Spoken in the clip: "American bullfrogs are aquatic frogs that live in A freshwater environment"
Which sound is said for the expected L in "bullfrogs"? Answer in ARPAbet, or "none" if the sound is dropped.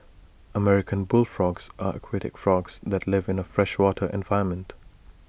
L